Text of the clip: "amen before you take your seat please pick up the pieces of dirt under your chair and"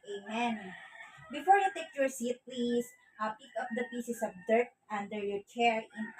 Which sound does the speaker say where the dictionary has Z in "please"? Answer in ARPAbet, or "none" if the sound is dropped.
S